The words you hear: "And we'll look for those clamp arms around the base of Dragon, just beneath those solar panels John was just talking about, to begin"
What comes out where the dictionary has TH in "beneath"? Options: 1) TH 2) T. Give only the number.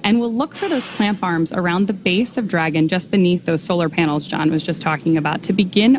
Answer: 1